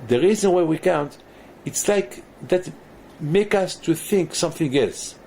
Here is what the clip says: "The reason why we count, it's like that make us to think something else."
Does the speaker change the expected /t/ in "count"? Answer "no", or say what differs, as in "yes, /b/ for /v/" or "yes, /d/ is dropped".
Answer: no